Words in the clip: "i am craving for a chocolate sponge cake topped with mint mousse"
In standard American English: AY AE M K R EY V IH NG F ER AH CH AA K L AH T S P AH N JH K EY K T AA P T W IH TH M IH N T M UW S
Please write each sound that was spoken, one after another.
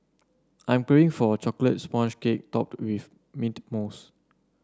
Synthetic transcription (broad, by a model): AY M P R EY IH NG F AH CH AA K L AH T S P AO N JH K EY K T AA P T W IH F M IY T M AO S